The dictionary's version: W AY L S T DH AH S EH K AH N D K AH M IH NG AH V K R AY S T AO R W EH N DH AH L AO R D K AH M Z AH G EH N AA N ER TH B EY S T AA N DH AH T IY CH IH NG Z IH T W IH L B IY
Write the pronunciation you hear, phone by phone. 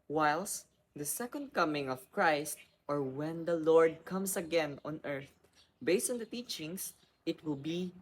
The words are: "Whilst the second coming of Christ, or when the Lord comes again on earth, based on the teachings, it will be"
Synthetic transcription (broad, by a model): W AY L S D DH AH S EH K AH N D K AH M IH NG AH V K R AY S T AO R W EH N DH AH L AO R D K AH M S AH G EH N AA N ER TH B EY S T AA N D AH T IY CH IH NG S IH T W IH L B IY